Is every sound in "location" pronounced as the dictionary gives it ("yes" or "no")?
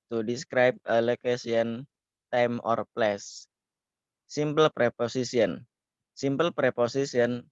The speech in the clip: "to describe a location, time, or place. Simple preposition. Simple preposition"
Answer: no